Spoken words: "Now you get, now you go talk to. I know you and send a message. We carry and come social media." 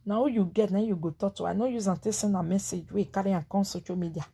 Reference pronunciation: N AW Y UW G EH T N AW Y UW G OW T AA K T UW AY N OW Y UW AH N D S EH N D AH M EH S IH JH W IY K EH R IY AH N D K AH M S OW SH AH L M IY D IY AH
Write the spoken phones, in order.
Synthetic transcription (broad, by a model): N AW Y UW G EH T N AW Y UW G OW T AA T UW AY N OW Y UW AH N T S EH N AH M EH S IH JH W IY K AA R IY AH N K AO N S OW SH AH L M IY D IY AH